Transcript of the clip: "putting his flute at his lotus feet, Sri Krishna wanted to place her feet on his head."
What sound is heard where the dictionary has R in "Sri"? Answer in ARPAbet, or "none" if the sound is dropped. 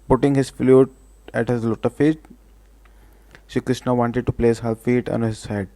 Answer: none